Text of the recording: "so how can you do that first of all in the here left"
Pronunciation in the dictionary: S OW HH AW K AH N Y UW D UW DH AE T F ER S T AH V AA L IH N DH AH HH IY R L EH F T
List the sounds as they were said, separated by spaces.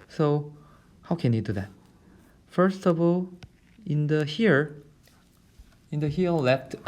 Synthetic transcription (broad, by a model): S OW HH AW K AH N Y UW D UW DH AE T F ER S T AH V AA L IH N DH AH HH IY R L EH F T